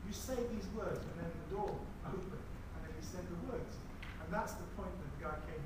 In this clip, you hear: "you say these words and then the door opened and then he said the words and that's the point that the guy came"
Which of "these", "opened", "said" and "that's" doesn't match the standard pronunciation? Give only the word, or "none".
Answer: opened